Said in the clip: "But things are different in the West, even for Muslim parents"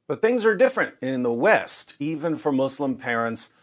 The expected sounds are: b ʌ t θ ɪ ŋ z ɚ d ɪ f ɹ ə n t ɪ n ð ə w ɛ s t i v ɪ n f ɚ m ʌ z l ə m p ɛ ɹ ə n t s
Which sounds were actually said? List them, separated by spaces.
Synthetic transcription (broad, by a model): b ʌ t θ ɪ ŋ z ɚ d ɪ f ɹ ə n t ɪ n ð ə w ɛ s t i v ɪ n f ɚ m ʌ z l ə m p ɛ ɹ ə n t s